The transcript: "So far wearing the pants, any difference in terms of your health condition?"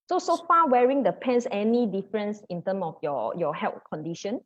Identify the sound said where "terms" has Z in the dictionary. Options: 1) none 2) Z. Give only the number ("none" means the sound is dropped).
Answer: 1